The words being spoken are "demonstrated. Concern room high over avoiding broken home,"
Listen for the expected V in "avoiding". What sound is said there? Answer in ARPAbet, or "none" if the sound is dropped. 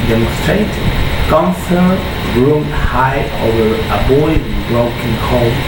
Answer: B